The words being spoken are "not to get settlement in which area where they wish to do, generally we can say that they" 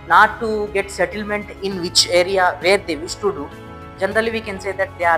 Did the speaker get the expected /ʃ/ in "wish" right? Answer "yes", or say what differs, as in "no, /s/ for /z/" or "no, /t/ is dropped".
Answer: no, /s/ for /ʃ/